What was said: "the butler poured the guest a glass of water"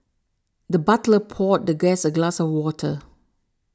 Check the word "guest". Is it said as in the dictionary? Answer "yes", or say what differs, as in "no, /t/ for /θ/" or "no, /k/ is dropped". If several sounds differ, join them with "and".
no, /t/ is dropped